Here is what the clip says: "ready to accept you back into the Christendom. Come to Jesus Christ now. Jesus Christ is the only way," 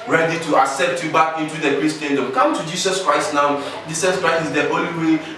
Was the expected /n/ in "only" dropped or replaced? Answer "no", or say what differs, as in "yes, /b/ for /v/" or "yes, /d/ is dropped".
yes, /n/ is dropped